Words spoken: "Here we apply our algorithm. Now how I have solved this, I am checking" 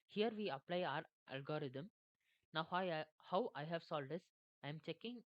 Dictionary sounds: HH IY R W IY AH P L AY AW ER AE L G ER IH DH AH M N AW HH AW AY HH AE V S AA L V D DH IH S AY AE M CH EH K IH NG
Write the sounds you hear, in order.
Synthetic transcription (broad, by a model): HH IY R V IY AH P L AY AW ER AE L G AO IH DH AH M N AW HH AW AY HH AE V S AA L D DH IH S AY M CH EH K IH NG